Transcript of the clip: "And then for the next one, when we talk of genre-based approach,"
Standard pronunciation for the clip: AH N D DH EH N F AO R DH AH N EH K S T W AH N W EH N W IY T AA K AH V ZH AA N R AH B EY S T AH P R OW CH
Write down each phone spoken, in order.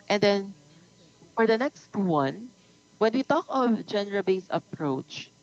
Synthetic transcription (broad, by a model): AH N D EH N F AO R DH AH N EH K S T W AH N W EH N W IY T AA K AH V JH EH N R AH B EY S AH P R OW CH